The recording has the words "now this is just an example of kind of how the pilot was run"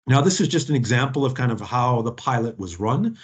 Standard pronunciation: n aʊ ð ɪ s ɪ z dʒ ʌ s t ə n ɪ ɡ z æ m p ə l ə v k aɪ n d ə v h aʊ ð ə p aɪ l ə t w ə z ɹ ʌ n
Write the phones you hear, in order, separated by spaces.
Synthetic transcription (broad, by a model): n aʊ ð ɪ s ɪ z dʒ ʌ s t n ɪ ɡ z æ m p l ə v k aɪ n d ə v h aʊ ð ə p aɪ l ə t w ə z ɹ ʌ n